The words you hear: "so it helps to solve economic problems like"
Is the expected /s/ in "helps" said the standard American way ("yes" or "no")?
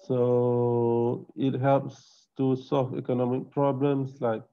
yes